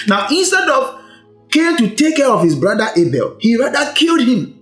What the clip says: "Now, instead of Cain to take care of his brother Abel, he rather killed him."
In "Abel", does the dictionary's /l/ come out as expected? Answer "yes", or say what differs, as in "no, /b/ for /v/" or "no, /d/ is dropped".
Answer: yes